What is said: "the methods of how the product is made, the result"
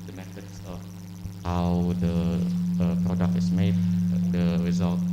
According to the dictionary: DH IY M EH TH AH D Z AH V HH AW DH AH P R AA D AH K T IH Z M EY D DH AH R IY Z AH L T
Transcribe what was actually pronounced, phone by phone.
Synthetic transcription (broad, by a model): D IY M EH T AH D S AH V HH AW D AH P R AA D AH K T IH S M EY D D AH R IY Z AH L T